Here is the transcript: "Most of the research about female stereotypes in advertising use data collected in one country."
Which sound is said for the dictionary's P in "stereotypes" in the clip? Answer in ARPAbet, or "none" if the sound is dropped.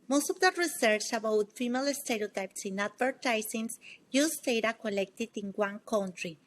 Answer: P